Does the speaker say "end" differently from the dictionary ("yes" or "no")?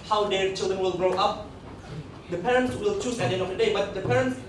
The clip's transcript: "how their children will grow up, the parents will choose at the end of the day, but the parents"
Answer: yes